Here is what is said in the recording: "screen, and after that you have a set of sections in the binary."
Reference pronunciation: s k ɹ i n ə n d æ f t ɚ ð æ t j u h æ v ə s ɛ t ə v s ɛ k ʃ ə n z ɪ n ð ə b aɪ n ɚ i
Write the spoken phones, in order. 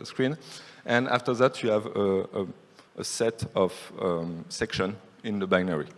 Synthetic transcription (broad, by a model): s k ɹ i n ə n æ f t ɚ ð æ t j u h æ v ə s ɛ t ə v s ɛ k ʃ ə n ɪ n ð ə b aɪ n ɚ i